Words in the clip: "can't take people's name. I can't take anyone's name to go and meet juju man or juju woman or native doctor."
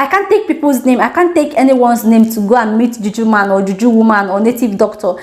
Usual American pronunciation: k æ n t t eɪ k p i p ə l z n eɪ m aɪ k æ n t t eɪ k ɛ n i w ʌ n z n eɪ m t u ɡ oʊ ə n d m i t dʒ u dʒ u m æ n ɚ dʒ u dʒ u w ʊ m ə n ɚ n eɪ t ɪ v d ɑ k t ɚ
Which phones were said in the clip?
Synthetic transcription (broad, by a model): k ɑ n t t eɪ k p i p l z n eɪ m aɪ k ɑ n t t eɪ k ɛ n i w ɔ n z n eɪ m t u ɡ oʊ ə n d m i t dʒ u dʒ u m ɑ n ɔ dʒ u dʒ u w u m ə n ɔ n eɪ t ɪ v d ɑ k t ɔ